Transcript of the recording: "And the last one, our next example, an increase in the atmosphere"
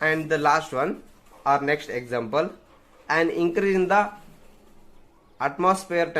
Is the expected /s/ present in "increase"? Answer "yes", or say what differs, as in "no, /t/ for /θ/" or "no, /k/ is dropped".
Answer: no, /s/ is dropped